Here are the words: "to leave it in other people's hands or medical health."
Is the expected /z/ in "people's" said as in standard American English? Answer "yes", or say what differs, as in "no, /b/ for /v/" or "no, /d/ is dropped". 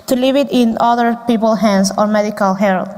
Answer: no, /z/ is dropped